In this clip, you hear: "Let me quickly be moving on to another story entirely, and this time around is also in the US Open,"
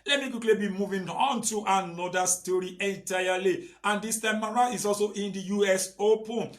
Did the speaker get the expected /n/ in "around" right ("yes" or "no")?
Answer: no